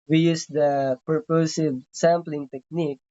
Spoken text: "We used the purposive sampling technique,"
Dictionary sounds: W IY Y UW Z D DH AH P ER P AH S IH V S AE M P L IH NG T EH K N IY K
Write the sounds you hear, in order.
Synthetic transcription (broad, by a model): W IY Y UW S D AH P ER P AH S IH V S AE M P L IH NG T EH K N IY K